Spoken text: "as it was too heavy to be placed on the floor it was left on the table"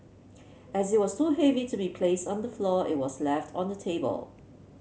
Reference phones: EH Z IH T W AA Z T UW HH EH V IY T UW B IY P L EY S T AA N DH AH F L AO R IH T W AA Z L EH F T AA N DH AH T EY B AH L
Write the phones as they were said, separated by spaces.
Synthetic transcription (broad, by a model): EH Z IH T W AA S T UW HH EH V IY T UW B IY P L EY S T AA N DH AH F L AO IH T W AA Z L EH F T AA N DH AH T EY B AH L